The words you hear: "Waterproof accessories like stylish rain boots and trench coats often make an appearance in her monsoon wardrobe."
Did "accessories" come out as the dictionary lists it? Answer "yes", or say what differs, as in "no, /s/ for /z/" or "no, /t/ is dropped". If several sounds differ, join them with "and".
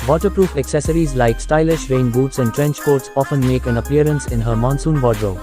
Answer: yes